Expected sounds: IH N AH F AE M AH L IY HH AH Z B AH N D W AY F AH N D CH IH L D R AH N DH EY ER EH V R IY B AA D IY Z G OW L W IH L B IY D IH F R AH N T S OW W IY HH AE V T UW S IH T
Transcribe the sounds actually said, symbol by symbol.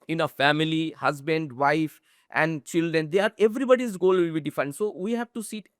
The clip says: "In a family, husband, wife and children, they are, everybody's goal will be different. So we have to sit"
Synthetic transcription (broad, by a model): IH N AH F AE M AH L IY HH AH Z B AH N D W AY F AH N D CH IH L D R AH N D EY ER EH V R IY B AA D IY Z G OW L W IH L B IY D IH F AH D S OW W IY HH AE V T UW S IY T